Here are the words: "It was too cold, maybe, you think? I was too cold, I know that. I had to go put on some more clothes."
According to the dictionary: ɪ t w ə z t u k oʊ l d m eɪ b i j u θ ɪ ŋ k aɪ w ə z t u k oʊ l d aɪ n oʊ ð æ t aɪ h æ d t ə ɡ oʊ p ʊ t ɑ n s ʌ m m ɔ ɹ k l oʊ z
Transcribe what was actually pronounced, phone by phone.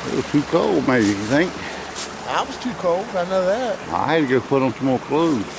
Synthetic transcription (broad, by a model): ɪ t w ə z t u k oʊ l d m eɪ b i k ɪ θ ɪ ŋ k aɪ w ə z t u k oʊ l d aɪ n oʊ ð æ t aɪ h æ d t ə ɡ oʊ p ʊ t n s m m ɔ l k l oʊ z